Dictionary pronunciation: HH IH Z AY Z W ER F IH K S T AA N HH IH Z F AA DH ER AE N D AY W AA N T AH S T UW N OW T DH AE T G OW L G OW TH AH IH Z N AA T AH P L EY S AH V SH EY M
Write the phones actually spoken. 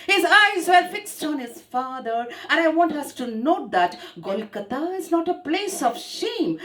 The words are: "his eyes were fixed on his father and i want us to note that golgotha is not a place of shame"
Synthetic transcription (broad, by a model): HH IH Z AY Z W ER F IH K S T AA N HH IH Z F AA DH ER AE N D AY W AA N T AH S T UW N OW T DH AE T G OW L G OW T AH IH Z N AA T AH P L EY S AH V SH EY M